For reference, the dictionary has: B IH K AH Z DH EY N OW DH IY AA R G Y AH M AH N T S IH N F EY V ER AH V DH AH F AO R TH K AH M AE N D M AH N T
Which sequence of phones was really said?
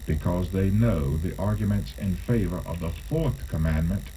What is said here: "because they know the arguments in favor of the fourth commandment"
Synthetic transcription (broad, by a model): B IH K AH Z DH EY N OW DH IY AA R G Y AH M AH N T S IH N F EY V ER AH V DH AH F AO R TH K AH M AE N M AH N T